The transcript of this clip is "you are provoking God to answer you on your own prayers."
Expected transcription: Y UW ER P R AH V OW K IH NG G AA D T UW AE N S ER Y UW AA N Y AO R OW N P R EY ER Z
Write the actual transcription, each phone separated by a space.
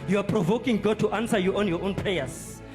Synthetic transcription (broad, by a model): Y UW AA P R AH V OW K IH NG G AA T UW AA N S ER Y UW AA N Y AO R OW N P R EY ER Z